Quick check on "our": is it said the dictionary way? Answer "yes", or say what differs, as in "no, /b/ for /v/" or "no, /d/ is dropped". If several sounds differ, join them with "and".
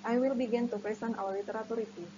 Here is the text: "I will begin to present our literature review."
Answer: no, /w/ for /ɹ/